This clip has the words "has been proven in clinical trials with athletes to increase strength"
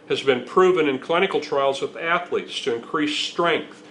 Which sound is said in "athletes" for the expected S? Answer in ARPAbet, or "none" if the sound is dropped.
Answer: S